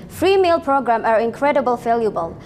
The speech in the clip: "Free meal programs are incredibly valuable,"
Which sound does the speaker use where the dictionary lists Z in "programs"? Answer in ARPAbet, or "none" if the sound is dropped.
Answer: none